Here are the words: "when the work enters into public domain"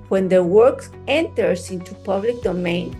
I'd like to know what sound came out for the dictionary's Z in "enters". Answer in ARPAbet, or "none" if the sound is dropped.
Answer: S